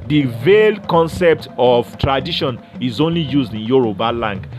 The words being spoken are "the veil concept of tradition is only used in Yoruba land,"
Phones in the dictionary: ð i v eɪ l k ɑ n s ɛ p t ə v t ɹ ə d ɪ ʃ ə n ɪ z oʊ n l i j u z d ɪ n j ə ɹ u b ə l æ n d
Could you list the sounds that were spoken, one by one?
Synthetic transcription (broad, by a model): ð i v eɪ l k ɑ n s ɛ p t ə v t ɹ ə d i ʃ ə n ɪ z oʊ n l i j u z d ɪ n j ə ɹ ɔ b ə l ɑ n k